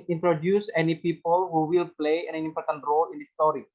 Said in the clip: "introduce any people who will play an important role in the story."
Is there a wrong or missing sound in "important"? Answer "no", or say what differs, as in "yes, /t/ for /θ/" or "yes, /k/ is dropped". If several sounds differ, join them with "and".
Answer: no